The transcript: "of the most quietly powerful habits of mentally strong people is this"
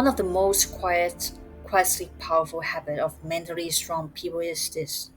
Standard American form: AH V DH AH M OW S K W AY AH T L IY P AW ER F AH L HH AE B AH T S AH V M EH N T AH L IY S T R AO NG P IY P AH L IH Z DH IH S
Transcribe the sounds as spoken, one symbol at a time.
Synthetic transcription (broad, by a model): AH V DH AH M OW S K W AY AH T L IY P AW ER F AH L HH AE B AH T AH V M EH N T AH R IY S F R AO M P IY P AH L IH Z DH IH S